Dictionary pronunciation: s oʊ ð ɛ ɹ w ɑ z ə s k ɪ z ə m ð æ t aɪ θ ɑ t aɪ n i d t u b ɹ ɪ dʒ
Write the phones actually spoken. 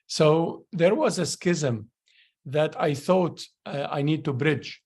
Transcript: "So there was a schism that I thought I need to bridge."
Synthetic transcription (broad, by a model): s oʊ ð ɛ ɹ w ɑ z ə s k ɪ z ə m ð æ t aɪ θ ɑ t aɪ n i d t u b ɹ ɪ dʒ